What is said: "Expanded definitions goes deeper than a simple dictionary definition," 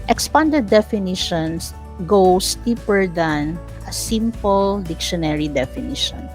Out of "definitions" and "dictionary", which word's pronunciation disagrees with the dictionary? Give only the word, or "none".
definitions